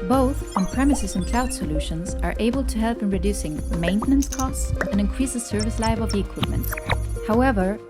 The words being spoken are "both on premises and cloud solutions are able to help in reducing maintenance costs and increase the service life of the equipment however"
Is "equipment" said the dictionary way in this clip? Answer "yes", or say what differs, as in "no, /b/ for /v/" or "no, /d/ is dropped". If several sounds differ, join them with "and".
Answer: yes